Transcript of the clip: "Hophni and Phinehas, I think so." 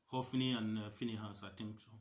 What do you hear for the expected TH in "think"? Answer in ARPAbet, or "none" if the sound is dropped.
T